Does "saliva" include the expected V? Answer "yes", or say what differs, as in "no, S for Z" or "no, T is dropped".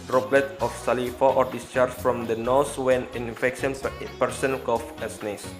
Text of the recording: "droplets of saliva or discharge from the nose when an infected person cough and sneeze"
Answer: no, F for V